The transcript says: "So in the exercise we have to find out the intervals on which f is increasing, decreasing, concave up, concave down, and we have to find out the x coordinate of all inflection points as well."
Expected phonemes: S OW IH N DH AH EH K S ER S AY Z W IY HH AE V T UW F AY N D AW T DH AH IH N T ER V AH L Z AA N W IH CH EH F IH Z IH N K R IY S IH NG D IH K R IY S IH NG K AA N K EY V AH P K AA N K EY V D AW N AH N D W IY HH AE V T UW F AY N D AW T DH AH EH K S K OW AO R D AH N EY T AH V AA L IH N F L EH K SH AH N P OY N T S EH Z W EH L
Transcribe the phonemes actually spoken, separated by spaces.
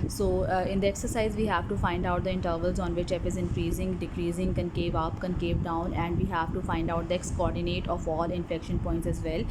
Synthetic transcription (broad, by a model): S OW IH N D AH EH K S ER S AY Z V IY HH AE V T UW F AY N D AW T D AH IH N T ER V AH L Z AA N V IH CH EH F IH Z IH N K R IY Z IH NG D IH K R IY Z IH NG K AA N K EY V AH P K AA N K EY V D AW N AH N D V IY HH AE V T UW F AY N D AW T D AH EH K S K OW AO R D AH N EY T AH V AA L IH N F EH K SH AH N P OY N T S EH Z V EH L